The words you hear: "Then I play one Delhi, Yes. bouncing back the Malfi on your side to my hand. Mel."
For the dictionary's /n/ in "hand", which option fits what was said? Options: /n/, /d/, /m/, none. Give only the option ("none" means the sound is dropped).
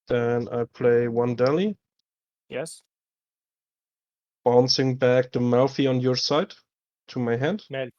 /n/